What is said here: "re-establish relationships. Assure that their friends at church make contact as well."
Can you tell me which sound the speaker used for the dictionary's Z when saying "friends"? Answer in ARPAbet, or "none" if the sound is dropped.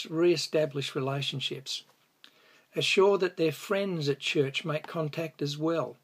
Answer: Z